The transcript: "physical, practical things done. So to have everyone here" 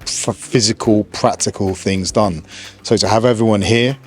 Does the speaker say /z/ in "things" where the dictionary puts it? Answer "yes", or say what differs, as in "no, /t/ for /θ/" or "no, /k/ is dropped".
yes